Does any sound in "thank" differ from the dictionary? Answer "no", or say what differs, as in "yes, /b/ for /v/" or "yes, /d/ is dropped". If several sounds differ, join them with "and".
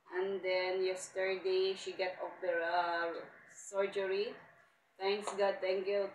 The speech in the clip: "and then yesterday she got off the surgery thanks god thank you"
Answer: yes, /t/ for /θ/